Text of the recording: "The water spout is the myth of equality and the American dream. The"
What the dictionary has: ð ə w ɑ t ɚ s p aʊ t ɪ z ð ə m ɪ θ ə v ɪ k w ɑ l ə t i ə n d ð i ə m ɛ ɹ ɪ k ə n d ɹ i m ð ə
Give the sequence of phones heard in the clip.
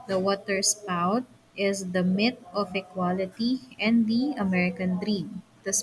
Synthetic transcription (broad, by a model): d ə w ɑ t ɚ s p aʊ t ɪ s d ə m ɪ t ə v ɪ k w ɑ l ə t i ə n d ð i ə m ɛ ɹ ɪ k ə n d ɹ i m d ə